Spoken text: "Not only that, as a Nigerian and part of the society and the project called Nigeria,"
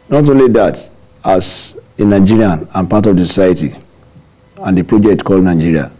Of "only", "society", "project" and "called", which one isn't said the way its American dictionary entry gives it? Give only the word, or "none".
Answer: none